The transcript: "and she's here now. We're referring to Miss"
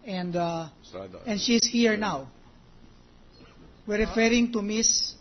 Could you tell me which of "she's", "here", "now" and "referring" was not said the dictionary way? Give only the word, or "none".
she's